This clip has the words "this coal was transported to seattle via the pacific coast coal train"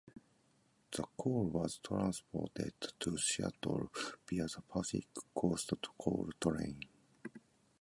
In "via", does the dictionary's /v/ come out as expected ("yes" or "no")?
no